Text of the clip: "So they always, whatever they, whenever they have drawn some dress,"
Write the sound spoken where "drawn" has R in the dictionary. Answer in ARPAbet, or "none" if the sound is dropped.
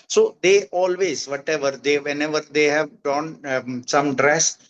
none